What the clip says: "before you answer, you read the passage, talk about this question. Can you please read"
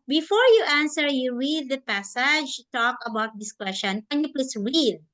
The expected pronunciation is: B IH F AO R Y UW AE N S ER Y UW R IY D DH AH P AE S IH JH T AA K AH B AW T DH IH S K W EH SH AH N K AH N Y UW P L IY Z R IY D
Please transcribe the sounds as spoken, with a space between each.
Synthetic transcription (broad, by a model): B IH F AO R Y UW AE N S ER Y UW R IY D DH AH P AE S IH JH T AA K AH B AW T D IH S K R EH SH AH N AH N Y UW P L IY S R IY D